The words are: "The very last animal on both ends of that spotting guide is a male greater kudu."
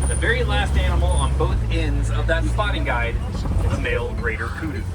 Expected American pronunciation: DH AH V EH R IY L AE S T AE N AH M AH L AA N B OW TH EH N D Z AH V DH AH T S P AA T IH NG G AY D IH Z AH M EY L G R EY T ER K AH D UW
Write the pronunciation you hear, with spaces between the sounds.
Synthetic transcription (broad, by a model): DH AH V EH R IY L AE S T AE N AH M L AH N B OW TH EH N D Z AH V DH AH T S P AA T IH NG G AY D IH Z AH M EY L G R EY T ER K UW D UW